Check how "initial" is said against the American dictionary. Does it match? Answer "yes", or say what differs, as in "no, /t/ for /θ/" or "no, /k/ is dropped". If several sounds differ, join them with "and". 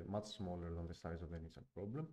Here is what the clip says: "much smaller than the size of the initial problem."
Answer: no, /s/ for /ʃ/